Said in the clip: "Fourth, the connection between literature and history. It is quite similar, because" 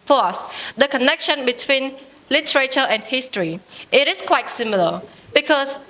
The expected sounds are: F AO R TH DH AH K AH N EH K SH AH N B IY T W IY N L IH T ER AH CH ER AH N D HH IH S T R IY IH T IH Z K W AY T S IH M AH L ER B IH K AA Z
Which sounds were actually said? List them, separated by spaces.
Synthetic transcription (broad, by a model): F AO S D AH K AH N EH K SH AH N B IY T W IY N L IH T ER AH CH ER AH N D HH IH S T R IY IH T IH S K W AY T S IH M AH L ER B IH K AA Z